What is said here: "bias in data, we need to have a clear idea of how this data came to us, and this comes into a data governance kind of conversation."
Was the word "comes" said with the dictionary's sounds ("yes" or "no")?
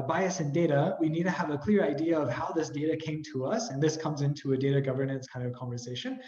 yes